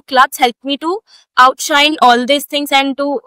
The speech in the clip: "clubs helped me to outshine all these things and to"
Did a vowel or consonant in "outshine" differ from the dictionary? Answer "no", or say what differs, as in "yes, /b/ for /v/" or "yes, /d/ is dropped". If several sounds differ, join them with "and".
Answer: no